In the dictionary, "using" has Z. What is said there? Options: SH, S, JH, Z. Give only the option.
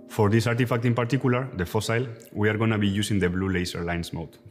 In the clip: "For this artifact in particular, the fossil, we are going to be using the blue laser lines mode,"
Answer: S